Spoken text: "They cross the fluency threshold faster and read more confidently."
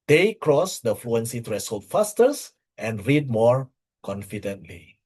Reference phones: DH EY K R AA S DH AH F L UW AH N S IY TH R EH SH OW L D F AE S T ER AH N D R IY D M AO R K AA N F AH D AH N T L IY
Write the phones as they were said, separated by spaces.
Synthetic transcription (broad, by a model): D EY K R AA S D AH F L UW AH N S IY T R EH S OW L F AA S T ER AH N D R IY D M AO R K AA N F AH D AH N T L IY